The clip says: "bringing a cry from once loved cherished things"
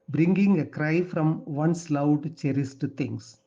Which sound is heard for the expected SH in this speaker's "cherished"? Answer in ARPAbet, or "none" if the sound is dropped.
S